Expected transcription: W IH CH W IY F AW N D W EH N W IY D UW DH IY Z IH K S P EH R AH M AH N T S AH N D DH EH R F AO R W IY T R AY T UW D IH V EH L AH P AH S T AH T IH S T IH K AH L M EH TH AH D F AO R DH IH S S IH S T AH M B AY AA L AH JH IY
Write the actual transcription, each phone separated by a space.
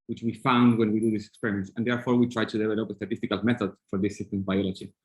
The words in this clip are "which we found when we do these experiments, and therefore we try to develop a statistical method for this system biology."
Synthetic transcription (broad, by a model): W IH CH W IY F AW N D W EH N W IY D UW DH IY S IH K S P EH R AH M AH N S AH N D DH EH R F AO R W IY T R AY T UW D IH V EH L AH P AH S T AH T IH S T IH K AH L M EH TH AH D F AO R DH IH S S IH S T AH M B AY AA L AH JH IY